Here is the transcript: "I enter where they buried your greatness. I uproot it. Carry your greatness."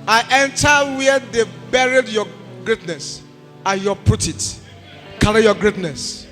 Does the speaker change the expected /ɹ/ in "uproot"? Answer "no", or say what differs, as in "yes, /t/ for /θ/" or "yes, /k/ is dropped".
yes, /ɹ/ is dropped